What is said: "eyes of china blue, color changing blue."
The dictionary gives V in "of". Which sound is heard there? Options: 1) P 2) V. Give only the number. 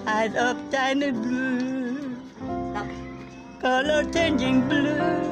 1